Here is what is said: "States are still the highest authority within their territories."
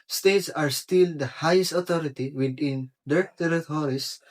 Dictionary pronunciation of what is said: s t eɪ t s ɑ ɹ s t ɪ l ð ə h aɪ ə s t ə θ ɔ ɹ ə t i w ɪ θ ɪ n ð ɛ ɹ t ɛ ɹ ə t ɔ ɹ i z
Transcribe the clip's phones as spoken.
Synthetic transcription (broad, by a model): s t eɪ t s ɑ ɹ s t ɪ l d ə h aɪ ə s t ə t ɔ ɹ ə t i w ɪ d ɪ n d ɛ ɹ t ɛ ɹ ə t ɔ ɹ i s